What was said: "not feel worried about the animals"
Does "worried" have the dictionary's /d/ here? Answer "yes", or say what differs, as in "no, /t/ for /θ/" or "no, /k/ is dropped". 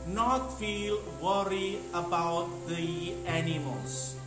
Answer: no, /d/ is dropped